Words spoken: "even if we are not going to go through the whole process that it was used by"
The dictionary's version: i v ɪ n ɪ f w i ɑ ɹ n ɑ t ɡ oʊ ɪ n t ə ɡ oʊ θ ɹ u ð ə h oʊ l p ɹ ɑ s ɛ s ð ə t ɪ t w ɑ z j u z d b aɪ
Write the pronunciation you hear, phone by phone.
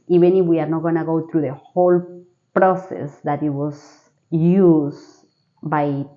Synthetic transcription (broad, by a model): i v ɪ n ɪ f w i ɑ ɹ n ɑ t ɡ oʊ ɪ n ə ɡ oʊ t ɹ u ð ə h oʊ l p ɹ ɑ s ɛ s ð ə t ɪ t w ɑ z j u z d b aɪ